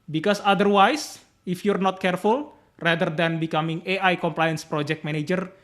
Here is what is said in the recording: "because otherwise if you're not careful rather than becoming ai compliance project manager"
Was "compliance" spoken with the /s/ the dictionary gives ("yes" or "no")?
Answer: yes